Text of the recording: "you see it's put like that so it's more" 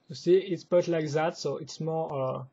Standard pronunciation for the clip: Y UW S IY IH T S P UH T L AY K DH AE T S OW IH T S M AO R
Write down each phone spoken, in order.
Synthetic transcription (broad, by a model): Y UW S IY IH T S B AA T L AY K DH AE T S OW IH T S M AO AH